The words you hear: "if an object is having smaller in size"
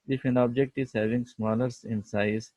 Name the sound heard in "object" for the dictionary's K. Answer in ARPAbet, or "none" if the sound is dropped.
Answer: K